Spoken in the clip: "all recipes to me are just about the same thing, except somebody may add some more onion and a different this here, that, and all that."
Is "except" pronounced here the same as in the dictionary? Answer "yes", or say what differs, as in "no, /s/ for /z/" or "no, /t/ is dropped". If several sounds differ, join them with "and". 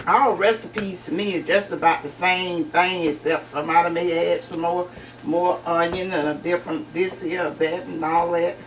no, /p/ is dropped